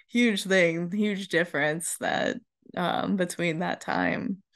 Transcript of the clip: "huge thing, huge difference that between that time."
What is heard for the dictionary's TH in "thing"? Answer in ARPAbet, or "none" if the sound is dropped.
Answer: TH